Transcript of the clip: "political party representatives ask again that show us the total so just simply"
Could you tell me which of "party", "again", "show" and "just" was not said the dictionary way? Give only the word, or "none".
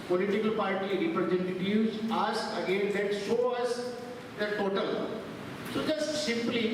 show